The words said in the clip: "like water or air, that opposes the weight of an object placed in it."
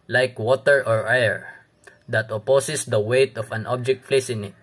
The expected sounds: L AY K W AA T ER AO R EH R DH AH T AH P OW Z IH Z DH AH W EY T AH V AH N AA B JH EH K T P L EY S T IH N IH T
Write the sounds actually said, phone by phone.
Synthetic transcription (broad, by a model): L AY K W AA T ER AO R EH R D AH T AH P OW S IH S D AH W EY T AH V AH N AA B JH EH K T F L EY S IH N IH T